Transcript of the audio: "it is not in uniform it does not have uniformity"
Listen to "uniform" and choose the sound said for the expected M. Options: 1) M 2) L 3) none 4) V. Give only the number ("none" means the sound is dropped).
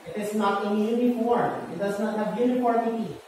3